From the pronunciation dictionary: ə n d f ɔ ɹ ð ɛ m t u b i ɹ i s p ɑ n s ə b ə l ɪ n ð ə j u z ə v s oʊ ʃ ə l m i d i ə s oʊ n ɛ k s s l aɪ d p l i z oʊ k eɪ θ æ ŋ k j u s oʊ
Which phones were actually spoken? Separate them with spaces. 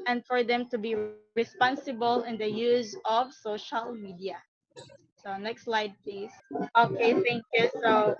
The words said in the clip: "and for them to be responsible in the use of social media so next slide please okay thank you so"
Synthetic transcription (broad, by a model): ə n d f ɔ ɹ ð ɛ m t u b i ɹ i s p ɑ n s ə b ə l ɪ n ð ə j u z ə v s oʊ ʃ ə l m i d i ə s oʊ n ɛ k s s l aɪ d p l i s oʊ k eɪ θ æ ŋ k j u s oʊ